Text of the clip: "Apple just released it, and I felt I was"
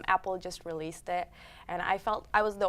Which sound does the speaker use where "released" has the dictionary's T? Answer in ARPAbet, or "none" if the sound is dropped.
T